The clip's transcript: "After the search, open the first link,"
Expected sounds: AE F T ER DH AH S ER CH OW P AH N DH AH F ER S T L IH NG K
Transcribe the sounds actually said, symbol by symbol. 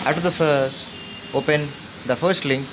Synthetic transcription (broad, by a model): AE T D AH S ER S OW P AH N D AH F ER S T L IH NG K